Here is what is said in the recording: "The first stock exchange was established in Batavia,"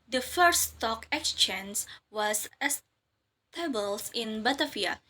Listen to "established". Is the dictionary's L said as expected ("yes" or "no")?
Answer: no